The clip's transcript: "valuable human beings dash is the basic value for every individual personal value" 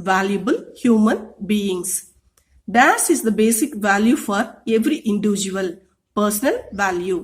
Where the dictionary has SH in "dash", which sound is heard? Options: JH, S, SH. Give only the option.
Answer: S